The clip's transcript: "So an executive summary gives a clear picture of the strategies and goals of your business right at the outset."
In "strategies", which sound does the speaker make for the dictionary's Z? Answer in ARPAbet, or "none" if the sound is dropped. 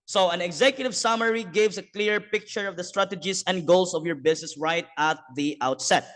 S